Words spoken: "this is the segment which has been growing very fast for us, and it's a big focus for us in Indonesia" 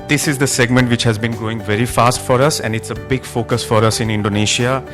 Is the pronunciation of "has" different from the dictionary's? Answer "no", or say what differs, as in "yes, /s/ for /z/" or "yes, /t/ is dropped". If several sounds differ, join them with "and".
no